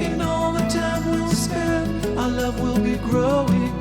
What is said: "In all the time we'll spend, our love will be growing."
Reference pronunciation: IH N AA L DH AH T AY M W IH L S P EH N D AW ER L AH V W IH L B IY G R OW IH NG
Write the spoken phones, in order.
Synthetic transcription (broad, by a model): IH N AA L DH AH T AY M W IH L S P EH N AW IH L AH V W IH L B IY G R OW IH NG